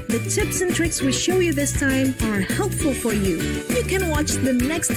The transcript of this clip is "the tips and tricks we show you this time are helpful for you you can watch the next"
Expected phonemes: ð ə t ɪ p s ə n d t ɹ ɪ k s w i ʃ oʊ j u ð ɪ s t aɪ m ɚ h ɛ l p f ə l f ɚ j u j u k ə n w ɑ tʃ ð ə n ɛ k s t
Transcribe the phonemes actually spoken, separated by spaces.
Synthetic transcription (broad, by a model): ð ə t ɪ p s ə n t ɹ ɪ k s w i ʃ oʊ j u ð ɪ s t aɪ m ɚ h ɛ l p f ə l f ɚ j u j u k ə n w ɑ tʃ ð ə n ɛ k s t